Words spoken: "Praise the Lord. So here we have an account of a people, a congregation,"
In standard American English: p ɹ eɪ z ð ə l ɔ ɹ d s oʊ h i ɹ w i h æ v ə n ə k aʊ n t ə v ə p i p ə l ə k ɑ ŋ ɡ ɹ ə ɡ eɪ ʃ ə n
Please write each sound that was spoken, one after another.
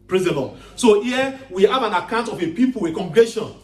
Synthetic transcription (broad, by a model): p ɹ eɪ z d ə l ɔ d s oʊ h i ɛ w i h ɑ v ə n ə k aʊ n t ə f ə p i p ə w ə k ɑ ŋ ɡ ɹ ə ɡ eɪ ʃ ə n